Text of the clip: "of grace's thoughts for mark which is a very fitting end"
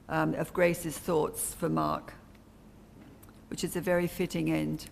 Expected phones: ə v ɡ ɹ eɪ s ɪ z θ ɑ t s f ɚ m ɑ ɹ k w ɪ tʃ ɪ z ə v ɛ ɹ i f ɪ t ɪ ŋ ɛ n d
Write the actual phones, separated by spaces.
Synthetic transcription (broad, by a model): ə v ɡ ɹ eɪ s ɪ z θ ɑ t s f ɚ m ɑ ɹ k w ɪ tʃ ɪ z ə v ɛ ɹ i f ɪ t ɪ ŋ ɛ n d